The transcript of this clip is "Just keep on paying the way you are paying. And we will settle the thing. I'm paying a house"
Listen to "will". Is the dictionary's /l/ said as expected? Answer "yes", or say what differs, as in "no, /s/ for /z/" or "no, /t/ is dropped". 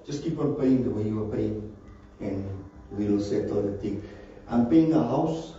no, /n/ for /l/